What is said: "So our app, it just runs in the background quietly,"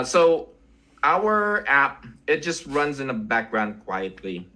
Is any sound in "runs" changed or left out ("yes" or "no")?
no